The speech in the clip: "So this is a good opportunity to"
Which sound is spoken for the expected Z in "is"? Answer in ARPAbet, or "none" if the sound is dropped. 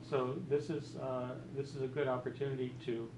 Z